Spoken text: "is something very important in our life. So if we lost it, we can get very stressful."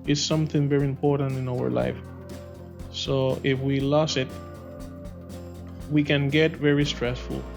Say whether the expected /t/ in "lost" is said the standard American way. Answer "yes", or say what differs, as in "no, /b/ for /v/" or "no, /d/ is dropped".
no, /t/ is dropped